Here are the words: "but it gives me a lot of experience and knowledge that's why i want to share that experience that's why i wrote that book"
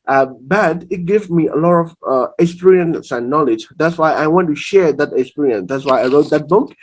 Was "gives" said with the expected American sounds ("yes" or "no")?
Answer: no